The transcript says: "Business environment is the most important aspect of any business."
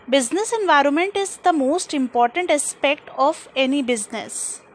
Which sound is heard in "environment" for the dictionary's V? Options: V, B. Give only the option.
V